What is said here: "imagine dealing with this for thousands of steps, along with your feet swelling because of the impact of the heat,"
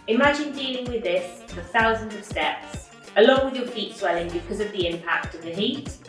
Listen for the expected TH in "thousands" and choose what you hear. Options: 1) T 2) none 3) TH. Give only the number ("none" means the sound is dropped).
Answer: 3